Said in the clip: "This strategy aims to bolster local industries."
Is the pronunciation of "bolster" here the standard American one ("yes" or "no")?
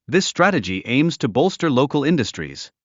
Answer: yes